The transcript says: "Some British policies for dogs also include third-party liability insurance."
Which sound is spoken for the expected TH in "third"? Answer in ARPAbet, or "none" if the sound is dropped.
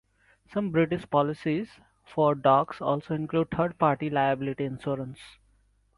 T